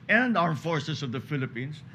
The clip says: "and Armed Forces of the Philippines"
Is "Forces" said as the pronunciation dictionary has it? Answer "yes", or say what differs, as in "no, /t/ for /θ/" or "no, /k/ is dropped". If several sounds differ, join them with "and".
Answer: no, /s/ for /z/